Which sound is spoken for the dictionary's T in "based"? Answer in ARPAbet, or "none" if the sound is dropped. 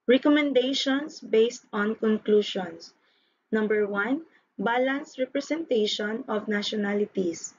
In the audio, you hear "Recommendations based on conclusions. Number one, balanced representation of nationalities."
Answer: T